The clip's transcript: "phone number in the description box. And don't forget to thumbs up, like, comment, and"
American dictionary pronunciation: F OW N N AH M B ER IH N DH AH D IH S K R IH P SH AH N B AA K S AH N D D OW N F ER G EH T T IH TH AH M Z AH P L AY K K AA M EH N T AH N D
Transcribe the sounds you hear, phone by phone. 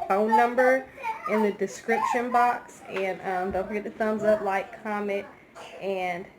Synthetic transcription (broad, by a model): F OW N N AH M B ER IH N DH AH D IH S K R IH P SH AH N B AA K S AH N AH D OW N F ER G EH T T IH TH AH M Z AH P L AY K K AA M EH T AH N